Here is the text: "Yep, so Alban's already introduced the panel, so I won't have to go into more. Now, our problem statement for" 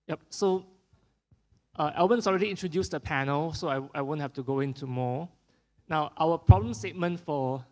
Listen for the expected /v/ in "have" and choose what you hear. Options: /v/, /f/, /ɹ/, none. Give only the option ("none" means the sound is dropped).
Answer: /f/